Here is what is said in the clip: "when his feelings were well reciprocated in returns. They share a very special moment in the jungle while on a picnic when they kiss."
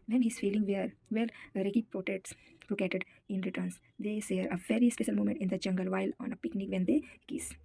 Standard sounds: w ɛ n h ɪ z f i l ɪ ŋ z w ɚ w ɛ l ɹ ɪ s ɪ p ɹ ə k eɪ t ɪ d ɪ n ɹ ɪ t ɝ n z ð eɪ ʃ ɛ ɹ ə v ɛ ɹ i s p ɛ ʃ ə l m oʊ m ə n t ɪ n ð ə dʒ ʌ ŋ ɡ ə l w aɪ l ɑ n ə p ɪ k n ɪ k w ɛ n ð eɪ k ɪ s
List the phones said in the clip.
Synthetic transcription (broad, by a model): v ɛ n h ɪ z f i l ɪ ŋ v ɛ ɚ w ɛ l ɹ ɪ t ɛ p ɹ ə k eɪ t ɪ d ɪ n ɹ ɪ t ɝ n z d eɪ s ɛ ɹ ə v ɛ ɹ i s p ɛ ʃ ə l m oʊ m ə n t ɪ n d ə dʒ ʌ ŋ ɡ ə l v aɪ l ɑ n ə p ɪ k n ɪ k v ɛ n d eɪ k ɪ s